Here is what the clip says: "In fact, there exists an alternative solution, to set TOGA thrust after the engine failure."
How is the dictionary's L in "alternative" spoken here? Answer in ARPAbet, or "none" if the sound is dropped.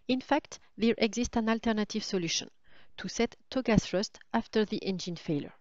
L